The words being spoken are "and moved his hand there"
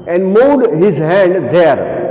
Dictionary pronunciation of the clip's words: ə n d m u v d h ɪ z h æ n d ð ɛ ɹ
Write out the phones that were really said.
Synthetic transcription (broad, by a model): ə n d m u d h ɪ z h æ n d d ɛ ɹ